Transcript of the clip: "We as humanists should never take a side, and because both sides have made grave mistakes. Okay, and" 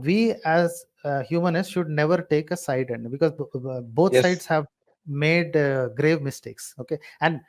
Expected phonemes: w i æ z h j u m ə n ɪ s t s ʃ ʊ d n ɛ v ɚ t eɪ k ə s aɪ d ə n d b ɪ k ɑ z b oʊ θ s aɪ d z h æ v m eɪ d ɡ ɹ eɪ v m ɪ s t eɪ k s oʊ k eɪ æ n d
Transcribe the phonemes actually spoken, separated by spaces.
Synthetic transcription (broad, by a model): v i æ z h j u m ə n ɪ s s ʃ ʊ d n ɛ v ɚ t eɪ k ə s aɪ d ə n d b ɪ k ɑ z b oʊ t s aɪ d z h æ v m eɪ d ɡ ɹ eɪ v m ɪ s t eɪ k s oʊ k eɪ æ n d